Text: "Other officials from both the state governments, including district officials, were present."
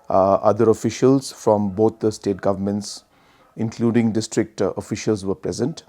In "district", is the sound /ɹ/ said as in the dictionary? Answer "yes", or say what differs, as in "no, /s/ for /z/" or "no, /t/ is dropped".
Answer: yes